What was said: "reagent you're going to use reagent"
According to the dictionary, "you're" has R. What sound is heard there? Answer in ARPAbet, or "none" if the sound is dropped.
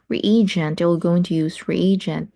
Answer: L